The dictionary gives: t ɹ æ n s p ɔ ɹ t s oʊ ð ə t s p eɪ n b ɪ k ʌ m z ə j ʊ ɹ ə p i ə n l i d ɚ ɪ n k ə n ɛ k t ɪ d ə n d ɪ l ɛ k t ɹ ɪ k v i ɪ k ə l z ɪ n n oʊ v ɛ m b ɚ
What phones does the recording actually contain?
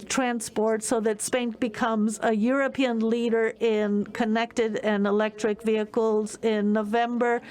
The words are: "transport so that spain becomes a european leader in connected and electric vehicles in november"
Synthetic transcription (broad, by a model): t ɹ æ n s p ɔ ɹ t s oʊ ð ə t s p eɪ n b ɪ k ʌ m z ə j ʊ ɹ ə p i ə n l i d ɚ ɪ n k ə n ɛ k t ɪ d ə n ɪ l ɛ k t ɹ ɪ k v i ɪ k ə l z ɪ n n oʊ v ɛ m b ɚ